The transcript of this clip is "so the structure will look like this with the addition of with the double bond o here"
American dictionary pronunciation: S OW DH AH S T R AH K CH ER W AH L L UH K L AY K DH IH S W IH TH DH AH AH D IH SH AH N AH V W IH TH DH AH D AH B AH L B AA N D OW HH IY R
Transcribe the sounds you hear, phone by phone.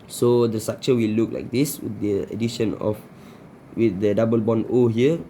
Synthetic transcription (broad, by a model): S OW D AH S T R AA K CH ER W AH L L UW K L AY K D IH S W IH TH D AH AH D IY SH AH N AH F W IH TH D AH D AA B AH L B AA N OW HH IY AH